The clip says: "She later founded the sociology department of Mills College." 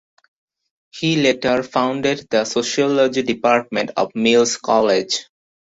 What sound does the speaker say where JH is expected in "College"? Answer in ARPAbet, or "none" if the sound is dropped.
JH